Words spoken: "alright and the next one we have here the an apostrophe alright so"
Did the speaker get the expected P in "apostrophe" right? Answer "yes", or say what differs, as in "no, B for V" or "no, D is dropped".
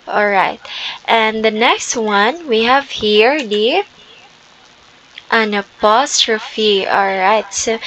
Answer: yes